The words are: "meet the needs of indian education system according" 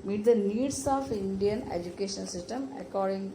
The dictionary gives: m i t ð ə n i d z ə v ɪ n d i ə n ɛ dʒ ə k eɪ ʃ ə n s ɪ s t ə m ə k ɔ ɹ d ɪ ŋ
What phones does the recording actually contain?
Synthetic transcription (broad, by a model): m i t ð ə n i d s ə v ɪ n d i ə n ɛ dʒ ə k eɪ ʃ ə l s ɪ s t ə m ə k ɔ ɹ d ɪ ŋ